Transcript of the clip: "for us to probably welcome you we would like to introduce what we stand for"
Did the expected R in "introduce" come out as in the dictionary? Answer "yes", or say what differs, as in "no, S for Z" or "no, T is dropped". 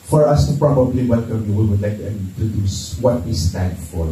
no, R is dropped